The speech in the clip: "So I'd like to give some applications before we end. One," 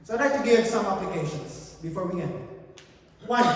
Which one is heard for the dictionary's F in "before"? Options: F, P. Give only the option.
F